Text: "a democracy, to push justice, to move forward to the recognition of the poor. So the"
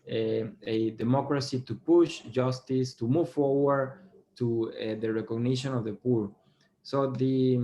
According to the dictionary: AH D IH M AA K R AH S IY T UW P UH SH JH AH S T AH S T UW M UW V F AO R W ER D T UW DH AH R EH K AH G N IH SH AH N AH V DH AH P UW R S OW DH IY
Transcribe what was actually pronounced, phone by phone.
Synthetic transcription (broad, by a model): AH D IH M AA K R AH S IY T UW P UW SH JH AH S T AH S T UW M UW V F AO R W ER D T UW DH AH R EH K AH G N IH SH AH N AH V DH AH P UW R S OW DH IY